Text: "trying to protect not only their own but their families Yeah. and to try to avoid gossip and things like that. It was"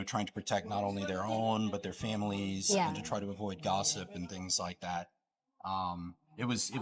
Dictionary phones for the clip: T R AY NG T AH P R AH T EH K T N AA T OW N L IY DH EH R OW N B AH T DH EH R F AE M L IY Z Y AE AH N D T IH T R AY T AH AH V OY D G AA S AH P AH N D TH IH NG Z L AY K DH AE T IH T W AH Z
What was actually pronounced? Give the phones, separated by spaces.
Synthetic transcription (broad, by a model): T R AY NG T AH P R AH T EH K T N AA T OW N L IY DH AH R OW N B AH T DH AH R F AE M L IY Z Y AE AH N T IH T R AY T AH AH V OY D G AA S AH P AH N TH IH NG Z L AY K DH AE T IH T W AH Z